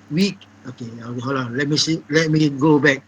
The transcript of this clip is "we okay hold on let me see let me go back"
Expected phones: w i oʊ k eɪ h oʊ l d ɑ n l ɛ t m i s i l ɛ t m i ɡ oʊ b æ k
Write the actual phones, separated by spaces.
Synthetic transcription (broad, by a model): w i oʊ k eɪ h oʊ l ɑ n l ɛ t m i s i l ɛ t m i ɡ oʊ b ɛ k